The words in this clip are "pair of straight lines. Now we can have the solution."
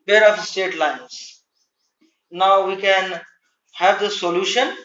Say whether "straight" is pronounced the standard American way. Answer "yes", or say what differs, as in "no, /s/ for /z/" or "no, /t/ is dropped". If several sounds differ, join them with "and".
no, /ɹ/ is dropped